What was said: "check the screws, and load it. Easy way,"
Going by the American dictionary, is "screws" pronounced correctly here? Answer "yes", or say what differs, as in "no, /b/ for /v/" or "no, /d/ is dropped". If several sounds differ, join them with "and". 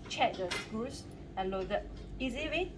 no, /ɹ/ is dropped